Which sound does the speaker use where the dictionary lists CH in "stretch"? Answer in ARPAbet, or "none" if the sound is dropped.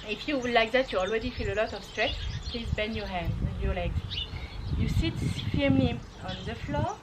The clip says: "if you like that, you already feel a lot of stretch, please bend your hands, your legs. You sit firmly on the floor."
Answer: S